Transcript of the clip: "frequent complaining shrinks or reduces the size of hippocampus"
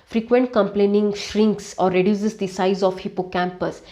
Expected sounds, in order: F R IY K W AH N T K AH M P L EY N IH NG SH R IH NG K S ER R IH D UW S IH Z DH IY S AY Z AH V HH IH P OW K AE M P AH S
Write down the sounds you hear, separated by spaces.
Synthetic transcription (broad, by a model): F R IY K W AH N T K AH M P L EY N IH NG SH R IH NG K S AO R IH D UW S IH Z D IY S AY Z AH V HH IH P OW K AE M P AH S